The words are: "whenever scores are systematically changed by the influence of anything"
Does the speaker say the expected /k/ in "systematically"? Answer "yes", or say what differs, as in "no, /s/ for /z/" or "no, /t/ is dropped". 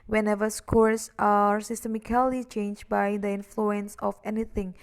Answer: no, /k/ is dropped